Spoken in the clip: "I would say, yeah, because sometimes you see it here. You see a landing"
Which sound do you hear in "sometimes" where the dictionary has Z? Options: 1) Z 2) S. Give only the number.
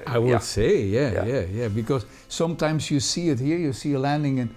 1